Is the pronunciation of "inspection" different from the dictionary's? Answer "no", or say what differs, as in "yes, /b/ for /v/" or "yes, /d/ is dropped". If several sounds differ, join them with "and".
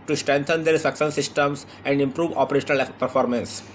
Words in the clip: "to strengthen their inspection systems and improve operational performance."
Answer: yes, /p/ is dropped and /s/ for /ʃ/